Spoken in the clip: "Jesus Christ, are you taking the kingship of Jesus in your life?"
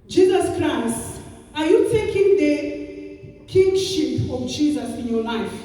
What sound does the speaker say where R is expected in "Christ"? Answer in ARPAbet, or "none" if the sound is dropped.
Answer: R